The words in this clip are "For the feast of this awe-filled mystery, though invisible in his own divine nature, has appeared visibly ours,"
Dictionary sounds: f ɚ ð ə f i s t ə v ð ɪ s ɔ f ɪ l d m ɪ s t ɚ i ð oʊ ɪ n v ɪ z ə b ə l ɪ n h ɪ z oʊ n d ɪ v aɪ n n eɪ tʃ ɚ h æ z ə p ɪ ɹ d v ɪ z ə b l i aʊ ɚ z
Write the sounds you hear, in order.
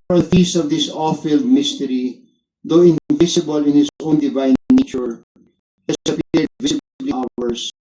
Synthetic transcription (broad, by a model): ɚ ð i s ə v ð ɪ s ɔ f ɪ l d m ɪ s t ɚ i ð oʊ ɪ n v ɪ s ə b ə l ɪ n h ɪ s oʊ n d ɪ v aɪ n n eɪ tʃ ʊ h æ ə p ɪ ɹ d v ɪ s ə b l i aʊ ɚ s